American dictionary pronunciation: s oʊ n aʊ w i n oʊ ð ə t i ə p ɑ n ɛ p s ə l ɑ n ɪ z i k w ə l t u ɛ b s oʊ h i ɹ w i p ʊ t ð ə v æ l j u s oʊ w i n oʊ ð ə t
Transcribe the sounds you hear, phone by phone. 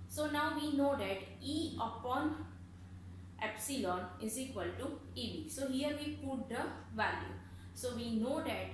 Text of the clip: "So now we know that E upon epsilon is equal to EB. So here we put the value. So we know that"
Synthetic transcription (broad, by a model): s oʊ n aʊ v i n oʊ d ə t i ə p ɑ n ɛ p s ə l ɑ n ɪ z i k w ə l t u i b s oʊ h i ɹ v i p ʊ t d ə v æ l j u s oʊ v i n oʊ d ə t